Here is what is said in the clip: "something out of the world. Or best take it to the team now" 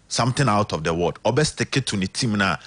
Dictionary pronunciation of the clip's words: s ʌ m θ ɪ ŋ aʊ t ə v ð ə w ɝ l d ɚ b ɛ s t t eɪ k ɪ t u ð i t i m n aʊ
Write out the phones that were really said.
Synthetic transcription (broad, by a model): s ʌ m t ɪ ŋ aʊ t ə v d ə w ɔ d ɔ b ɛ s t t eɪ k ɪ t u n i t i m n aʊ